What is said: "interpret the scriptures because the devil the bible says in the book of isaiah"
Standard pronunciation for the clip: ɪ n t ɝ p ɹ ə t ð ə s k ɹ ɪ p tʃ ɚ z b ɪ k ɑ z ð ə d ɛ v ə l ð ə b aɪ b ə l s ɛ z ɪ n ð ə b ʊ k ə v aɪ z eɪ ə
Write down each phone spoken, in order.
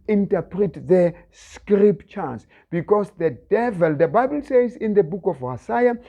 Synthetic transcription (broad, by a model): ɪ n t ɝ p ɹ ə t ð ə s k ɹ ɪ p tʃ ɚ s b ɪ k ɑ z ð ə d ɛ v ə l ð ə b aɪ b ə l s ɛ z ɪ n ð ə b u k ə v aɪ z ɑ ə